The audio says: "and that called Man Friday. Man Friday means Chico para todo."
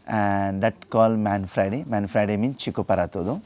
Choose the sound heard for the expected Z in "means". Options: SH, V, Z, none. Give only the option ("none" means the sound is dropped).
none